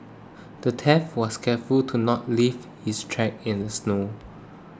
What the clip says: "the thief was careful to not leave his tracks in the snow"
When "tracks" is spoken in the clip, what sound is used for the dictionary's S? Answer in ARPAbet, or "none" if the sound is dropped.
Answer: none